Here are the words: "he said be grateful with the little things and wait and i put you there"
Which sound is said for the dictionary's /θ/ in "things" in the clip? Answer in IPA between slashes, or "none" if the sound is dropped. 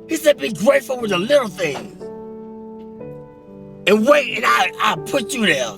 /θ/